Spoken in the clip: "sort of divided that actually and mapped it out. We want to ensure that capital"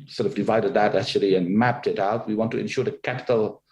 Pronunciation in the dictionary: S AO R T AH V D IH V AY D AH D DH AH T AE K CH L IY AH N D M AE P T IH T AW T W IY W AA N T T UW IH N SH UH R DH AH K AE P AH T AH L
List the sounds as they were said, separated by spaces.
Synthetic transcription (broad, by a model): S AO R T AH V D IH V AY D AH D DH AH T AE K CH L IY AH N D M AE P T IH T AW T W IY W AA N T T UW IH N SH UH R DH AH K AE P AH T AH L